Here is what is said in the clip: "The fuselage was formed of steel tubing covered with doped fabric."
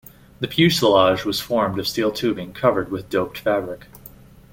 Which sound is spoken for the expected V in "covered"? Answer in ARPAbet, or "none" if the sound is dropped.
V